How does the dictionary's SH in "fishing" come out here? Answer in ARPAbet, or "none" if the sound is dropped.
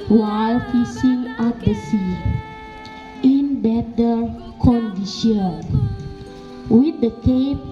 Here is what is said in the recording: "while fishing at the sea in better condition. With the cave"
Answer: S